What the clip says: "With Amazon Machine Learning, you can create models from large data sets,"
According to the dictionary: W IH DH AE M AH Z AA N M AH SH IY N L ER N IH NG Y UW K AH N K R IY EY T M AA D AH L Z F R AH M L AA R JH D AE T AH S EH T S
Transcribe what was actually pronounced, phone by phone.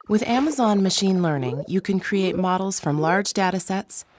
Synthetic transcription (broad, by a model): W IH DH AE M AH Z AA N M AH SH IY N L ER N IH NG Y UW K AH N K R IY EY T M AA D L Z F R AH M L AA R JH D AE T AH S EH T S